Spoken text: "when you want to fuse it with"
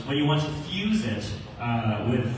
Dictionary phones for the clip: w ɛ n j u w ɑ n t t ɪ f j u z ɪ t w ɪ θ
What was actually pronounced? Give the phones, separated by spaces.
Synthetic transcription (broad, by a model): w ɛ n j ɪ w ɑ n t t ɪ f j u z ɪ t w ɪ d